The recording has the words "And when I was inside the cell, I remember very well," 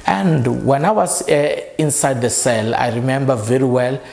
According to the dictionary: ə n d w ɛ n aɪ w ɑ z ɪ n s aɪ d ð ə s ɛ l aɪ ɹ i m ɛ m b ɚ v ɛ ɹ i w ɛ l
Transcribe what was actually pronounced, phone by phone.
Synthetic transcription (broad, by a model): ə n d w ɛ n aɪ w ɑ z ɪ n s aɪ d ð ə s ɛ l aɪ ɹ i m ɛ m b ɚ v ɛ ɹ i w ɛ l